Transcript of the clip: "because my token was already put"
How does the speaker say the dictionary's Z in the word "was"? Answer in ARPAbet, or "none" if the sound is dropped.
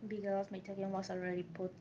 S